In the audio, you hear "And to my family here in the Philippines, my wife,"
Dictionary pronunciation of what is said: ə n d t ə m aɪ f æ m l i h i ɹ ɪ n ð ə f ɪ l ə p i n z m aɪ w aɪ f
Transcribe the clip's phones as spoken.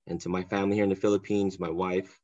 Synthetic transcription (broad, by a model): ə n t ə m aɪ f æ m l i h i ɹ ɪ n ð ə f ɪ l ə p i n z m aɪ w aɪ f